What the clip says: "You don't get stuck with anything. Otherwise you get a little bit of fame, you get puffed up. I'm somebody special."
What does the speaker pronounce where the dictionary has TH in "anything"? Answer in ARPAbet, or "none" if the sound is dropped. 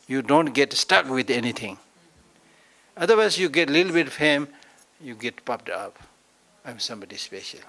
T